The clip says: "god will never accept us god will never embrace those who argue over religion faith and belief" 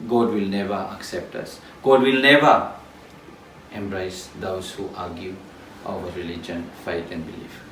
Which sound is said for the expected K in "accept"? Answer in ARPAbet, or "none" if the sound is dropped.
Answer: K